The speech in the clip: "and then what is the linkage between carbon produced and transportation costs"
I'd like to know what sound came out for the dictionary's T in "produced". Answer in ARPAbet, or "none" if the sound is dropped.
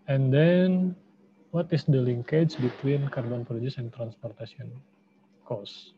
none